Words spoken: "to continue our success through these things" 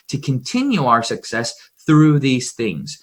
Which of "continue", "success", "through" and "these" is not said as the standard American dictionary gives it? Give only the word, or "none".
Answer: none